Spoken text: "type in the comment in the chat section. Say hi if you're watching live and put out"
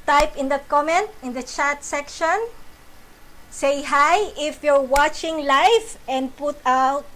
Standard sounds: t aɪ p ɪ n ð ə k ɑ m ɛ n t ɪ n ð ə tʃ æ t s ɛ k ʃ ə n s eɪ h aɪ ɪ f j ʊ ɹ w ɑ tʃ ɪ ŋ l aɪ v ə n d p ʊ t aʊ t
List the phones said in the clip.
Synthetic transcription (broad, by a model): t aɪ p ɪ n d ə k ɑ m ɛ n t ɪ n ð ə tʃ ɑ t s ɛ k ʃ ə n s eɪ h aɪ ɪ f j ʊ ɹ w ɑ tʃ ɪ ŋ l aɪ f ə n d p ʊ t aʊ t